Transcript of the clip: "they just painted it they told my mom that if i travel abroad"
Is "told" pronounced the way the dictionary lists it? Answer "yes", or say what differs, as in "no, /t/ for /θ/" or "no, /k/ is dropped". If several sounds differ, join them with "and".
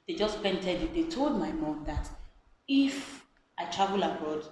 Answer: yes